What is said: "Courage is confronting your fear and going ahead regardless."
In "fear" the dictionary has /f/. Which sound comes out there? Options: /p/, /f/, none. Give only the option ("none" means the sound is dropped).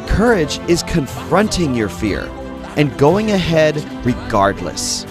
/f/